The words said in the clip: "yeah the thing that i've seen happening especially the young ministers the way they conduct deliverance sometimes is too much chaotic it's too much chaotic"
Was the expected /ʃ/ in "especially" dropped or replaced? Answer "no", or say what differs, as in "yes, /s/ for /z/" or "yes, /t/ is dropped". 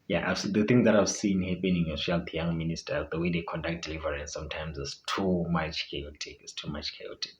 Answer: yes, /ʃ/ is dropped